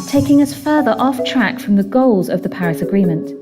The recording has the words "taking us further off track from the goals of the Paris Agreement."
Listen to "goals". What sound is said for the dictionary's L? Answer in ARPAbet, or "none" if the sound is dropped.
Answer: L